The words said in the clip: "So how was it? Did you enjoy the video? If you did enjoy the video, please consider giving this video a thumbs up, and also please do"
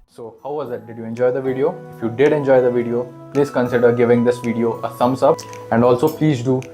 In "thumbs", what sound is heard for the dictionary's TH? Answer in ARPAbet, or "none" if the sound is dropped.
S